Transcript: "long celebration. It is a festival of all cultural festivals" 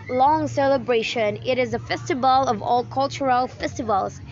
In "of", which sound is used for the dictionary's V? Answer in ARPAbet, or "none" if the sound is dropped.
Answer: V